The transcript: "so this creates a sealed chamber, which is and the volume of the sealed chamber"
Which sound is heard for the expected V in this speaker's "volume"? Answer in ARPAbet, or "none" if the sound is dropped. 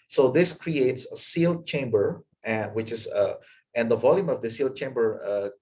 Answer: V